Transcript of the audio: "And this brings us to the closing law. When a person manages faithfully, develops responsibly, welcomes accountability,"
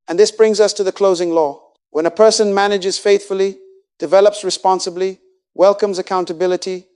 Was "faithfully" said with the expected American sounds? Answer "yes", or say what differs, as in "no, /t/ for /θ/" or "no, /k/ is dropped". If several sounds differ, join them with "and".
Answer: yes